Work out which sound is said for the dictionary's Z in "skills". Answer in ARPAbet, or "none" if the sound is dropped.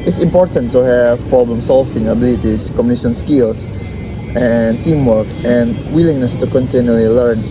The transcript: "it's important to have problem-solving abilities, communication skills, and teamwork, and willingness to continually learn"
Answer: S